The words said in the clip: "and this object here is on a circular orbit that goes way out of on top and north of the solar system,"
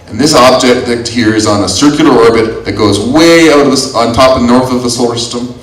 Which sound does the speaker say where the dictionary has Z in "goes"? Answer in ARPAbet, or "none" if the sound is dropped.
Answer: Z